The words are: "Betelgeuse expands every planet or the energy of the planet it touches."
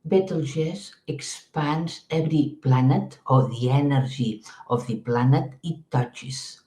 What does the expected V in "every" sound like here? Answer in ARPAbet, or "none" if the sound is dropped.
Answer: B